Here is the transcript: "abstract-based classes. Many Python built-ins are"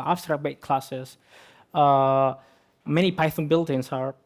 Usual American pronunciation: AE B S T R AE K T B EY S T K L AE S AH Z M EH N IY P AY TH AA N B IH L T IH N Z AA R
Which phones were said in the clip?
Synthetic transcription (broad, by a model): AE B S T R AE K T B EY T K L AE S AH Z M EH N IY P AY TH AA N B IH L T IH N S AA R